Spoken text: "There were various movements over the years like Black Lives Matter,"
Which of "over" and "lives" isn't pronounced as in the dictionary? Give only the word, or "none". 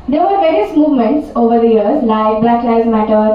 lives